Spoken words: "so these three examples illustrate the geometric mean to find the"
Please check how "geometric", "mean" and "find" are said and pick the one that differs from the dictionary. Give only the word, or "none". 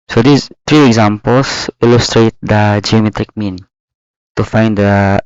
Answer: none